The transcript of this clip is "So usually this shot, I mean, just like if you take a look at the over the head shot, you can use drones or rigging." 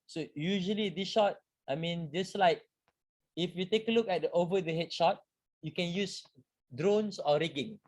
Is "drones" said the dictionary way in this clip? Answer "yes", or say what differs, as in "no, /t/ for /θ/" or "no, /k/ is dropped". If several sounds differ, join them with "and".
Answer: no, /s/ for /z/